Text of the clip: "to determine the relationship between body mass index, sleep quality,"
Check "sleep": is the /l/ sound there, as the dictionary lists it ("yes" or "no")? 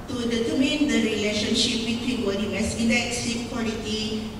no